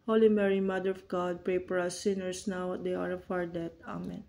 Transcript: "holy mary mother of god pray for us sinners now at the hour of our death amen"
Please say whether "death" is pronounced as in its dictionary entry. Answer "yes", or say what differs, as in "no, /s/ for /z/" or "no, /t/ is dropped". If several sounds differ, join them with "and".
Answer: no, /t/ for /θ/